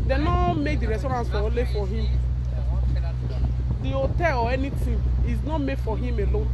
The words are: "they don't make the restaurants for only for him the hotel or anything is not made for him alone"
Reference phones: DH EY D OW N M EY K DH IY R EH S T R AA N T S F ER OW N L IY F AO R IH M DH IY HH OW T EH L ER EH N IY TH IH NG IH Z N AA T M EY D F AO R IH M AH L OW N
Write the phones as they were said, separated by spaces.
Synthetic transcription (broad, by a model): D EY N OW M EY K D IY R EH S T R AA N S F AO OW L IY F AO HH IH M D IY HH OW T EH L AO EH N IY T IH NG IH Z N AA T M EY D F AO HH IH M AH L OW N